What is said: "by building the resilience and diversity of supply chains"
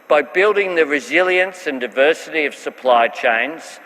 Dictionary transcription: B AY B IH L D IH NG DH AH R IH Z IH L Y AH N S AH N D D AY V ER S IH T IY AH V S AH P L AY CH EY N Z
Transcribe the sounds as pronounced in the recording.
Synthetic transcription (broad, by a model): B AY B IH L D IH NG DH AH R IH Z IH L Y AH N S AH N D D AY V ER S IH T IY AH V S AH P L AY CH EY N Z